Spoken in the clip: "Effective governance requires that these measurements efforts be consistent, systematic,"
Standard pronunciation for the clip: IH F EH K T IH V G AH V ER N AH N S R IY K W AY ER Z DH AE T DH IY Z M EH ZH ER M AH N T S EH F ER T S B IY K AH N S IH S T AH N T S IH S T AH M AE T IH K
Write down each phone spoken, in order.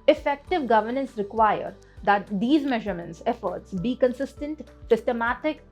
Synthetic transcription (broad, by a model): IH F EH K T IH V G AH V ER N AH N S R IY K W AY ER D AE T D IY Z M EH ZH ER M AH N T S EH F ER T S B IY K AH N S IH S T AH N T S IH S T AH M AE T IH K